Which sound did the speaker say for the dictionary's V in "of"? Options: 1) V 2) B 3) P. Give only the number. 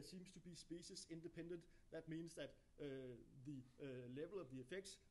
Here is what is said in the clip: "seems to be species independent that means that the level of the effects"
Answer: 1